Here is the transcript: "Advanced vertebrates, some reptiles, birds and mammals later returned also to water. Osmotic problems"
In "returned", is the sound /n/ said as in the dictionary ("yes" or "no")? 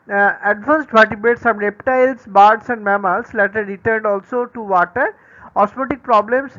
yes